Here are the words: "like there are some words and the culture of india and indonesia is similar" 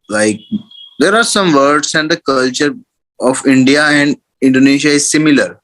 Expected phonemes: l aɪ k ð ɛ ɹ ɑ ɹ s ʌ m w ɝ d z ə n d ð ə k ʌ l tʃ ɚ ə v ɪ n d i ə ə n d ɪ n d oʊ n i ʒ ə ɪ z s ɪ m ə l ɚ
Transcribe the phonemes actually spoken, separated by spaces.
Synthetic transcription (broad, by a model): l aɪ k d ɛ ɹ ɑ ɹ s ʌ m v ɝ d s ə n d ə k ʌ l tʃ ɚ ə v ɪ n d i ə ə n d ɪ n d oʊ n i ʃ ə ɪ z s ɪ m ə l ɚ